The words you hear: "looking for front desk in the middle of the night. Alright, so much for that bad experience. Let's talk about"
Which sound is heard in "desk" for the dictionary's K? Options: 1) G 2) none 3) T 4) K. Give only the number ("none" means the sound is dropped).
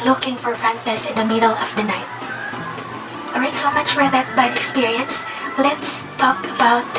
2